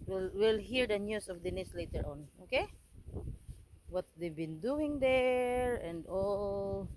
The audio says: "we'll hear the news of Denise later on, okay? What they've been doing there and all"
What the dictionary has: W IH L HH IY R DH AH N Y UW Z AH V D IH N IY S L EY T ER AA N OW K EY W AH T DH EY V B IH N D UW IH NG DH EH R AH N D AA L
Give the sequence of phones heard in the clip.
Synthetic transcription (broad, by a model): W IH L HH IY R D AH N Y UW S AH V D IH N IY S L EY T ER AA N OW K EY W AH T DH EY B IH N D UW IH NG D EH R AH N D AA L